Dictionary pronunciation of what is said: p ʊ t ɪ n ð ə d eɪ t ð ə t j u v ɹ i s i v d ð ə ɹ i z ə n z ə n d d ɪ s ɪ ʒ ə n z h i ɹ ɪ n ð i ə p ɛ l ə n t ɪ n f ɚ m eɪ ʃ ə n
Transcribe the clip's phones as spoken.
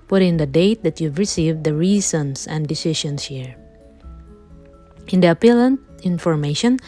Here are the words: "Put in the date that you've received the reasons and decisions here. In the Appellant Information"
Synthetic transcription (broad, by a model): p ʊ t ɪ n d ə d eɪ t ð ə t j u v ɹ i s i v d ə ɹ i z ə n s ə n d d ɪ s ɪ ʃ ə n s h i ɹ ɪ n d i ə p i l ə n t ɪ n f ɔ m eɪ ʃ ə n